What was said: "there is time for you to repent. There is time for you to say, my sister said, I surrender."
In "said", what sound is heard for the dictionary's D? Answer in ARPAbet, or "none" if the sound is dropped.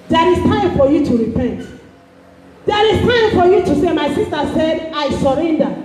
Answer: D